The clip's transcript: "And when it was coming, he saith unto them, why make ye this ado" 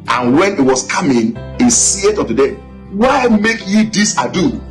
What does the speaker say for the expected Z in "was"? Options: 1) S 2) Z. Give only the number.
1